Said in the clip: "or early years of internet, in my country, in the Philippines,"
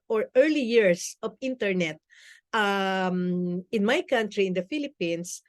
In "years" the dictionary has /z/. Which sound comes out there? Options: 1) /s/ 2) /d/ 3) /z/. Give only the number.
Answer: 1